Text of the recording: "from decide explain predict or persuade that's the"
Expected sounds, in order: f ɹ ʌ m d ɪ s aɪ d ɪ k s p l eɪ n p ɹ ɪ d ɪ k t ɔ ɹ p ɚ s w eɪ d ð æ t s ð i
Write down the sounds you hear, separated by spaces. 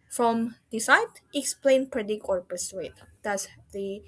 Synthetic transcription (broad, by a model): f ɹ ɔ m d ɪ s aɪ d ɪ k s p l eɪ n p ɹ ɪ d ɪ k ɔ ɹ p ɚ s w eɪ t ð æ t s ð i